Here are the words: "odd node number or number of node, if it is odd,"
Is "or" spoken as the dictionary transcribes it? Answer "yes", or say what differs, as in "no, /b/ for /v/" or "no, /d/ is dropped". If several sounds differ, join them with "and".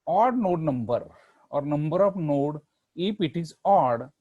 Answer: yes